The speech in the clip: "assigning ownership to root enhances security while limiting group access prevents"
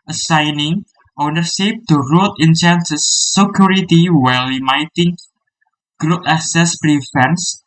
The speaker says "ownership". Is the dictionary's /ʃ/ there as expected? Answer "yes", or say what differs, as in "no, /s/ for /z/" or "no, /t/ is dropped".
no, /s/ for /ʃ/